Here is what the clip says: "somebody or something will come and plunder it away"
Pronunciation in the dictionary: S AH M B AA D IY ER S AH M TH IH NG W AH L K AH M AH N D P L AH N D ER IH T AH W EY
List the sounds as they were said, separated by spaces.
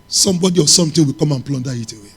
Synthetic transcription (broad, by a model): S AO M B AA D IY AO S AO M T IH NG W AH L K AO M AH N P L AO N D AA IH T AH W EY